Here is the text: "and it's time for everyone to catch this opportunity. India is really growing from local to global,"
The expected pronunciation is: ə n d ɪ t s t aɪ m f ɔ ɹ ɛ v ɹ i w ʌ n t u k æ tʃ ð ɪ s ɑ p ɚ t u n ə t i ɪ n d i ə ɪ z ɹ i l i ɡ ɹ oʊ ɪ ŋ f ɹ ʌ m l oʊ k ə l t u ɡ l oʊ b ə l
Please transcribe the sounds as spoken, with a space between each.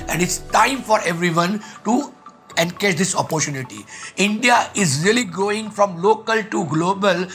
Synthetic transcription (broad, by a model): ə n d ɪ t s t aɪ m f ɔ ɹ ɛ v ɹ i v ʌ n t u k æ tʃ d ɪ s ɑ p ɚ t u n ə t i ɪ n d i ə ɪ z ɹ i l i ɡ oʊ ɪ ŋ f ɹ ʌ m l oʊ k ə l t u ɡ l oʊ b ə l